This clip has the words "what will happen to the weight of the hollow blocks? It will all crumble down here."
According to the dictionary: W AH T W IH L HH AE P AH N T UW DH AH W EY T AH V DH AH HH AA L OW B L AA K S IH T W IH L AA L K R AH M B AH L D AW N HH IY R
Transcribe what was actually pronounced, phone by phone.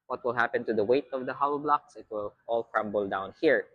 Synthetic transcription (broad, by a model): W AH T W IH L HH AE P AH N T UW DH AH W EY T AH V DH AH HH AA UH B L AA K S IH T W IH L AA L K R AH M B AH L D AW N HH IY R